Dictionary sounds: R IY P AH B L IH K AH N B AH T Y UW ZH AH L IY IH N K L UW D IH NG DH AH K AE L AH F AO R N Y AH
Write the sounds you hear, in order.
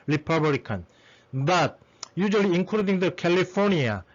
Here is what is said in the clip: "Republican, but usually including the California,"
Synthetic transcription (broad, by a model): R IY P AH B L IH K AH N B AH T Y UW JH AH L IY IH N K UW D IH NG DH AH K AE L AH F AO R N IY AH